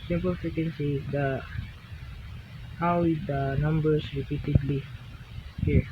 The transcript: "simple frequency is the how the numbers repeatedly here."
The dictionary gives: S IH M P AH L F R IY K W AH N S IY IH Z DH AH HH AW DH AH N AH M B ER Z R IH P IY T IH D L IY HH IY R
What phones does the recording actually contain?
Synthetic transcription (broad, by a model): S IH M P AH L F IY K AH N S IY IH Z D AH HH AW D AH N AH M B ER S R IH P IY T IH D L IY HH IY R